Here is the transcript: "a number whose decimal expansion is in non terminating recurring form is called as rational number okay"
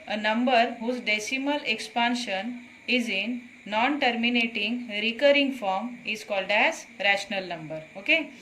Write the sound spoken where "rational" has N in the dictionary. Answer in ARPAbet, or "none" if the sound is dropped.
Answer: N